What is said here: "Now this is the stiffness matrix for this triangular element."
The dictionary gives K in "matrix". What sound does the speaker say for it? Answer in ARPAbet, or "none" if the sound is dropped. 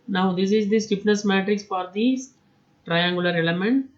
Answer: K